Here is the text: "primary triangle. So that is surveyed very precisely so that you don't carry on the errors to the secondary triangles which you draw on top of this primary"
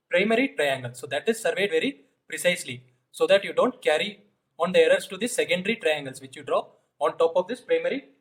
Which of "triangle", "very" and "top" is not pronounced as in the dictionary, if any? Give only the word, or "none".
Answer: none